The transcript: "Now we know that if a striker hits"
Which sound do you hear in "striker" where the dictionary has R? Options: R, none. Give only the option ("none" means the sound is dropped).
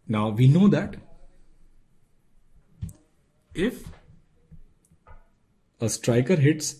R